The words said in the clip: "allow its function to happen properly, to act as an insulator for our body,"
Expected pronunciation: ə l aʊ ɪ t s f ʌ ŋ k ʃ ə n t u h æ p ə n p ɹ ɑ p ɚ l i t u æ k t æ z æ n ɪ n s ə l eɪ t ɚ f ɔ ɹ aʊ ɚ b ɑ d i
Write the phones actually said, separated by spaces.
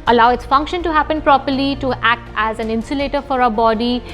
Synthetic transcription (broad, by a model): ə l aʊ ɪ t s f ʌ ŋ k ʃ ə n t u h æ p ə n p ɹ ɑ p ɚ l i t u æ k t æ z æ n ɪ n s ə l eɪ t ɚ f ɔ ɹ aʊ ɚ b ɑ d i